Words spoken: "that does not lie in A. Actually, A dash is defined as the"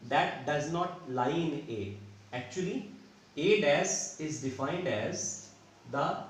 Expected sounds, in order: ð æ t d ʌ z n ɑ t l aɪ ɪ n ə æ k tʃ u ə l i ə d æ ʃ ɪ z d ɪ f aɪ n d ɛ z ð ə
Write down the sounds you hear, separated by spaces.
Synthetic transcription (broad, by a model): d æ t d ʌ z n ɑ t l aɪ ɪ n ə æ k tʃ u ə l i ə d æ s ɪ z d ɪ f aɪ n d ɛ z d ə